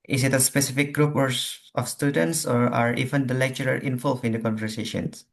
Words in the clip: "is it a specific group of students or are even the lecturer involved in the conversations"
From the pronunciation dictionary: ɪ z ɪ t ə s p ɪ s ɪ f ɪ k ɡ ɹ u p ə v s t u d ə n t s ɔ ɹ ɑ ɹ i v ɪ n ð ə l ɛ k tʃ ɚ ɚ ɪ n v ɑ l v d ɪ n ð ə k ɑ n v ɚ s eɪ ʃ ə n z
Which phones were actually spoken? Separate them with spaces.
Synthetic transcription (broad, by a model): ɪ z ɪ t ə s p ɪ s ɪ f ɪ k ɡ ɹ u p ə f s t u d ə n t s ɔ ɹ ɑ ɹ i v ɪ n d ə l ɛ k tʃ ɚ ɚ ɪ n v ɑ l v ɪ n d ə k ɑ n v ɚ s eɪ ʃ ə n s